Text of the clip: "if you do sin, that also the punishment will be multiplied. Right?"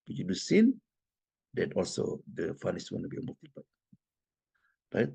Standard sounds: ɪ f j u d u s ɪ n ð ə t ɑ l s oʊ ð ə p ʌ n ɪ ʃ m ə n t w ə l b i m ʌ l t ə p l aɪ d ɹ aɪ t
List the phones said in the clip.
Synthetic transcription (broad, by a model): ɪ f j u d u s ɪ n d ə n ɑ l s oʊ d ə f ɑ n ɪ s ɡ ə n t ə b i m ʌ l t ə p ʌ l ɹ aɪ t